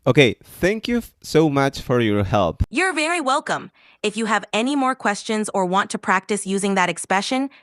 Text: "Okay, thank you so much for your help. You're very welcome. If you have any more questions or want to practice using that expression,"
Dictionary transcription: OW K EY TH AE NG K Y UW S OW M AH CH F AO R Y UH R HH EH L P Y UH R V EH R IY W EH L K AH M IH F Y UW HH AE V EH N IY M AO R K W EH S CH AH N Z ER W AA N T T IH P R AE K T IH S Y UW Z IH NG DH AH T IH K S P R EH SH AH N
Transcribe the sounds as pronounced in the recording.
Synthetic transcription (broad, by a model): OW K EY TH AE NG K Y UW S OW M AH CH F AO R Y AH R HH EH L P Y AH R V EH R IY W EH L K AH M IH F Y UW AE V EH N IY M AO R K W EH S CH AH N Z ER W AA N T T IH P R AE K T IH S Y UW Z IH NG DH AH T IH K S P R EH SH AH N